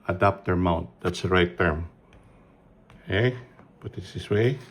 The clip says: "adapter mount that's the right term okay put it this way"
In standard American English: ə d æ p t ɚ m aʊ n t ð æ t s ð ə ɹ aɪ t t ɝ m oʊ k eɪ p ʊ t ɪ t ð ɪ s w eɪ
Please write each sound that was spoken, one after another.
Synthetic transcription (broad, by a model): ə d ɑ p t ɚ m aʊ n t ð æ t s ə ɹ aɪ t t ɝ m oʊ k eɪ b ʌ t ɪ t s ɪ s w eɪ